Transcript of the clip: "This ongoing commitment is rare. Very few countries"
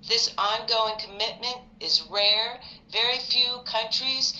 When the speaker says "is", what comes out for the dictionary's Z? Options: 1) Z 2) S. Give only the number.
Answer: 1